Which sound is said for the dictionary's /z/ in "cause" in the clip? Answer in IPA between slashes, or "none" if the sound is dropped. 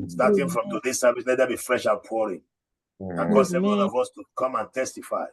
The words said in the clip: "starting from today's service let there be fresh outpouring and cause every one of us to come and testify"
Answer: /s/